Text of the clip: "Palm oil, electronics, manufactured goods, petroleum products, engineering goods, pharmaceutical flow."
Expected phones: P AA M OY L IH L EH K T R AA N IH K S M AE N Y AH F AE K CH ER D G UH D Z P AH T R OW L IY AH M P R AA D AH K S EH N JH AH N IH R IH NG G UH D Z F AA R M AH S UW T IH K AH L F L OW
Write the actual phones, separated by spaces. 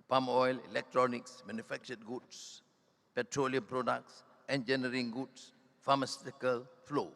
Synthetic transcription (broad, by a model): P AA M OY L IH L EH K T R AA N IH K S M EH N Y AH F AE K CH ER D G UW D S P AH T R OW L IY AH M P R AA D AH K S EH N JH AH N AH R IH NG G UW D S F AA M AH S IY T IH K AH L F L OW